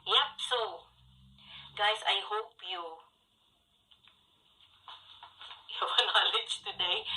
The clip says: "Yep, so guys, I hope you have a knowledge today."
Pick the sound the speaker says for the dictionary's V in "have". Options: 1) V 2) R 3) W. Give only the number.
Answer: 3